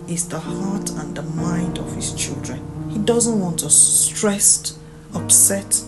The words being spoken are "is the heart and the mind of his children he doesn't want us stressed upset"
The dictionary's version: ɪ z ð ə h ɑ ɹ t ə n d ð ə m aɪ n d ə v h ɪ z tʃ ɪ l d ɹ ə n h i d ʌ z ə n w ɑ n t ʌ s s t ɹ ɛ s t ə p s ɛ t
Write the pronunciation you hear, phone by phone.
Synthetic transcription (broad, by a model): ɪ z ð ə h ɑ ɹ t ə n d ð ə m aɪ n d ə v h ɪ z tʃ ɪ l d ɹ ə n h i d ʌ z ə n w ɑ n t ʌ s s t ɹ ɛ s t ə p s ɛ t